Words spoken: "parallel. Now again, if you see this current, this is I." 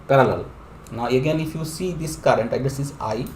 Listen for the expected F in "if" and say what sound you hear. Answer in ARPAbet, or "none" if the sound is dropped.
F